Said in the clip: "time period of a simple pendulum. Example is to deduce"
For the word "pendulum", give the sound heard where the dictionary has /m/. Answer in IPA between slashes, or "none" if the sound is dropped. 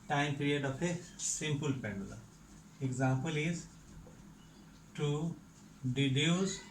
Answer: none